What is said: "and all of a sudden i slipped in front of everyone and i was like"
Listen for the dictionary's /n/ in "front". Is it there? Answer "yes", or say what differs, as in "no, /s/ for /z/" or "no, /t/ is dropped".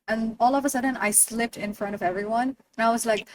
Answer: no, /n/ is dropped